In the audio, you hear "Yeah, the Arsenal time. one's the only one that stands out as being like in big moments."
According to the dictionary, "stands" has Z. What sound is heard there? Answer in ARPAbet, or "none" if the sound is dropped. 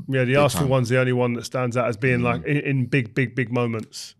Z